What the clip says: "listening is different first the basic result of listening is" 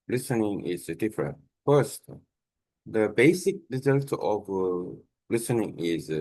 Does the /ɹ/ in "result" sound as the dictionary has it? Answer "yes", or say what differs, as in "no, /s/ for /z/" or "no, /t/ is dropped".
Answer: yes